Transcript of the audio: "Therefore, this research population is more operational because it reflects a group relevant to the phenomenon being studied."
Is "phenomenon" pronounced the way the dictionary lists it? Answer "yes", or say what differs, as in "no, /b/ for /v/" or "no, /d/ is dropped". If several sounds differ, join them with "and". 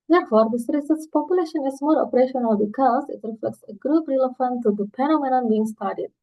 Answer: no, /p/ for /f/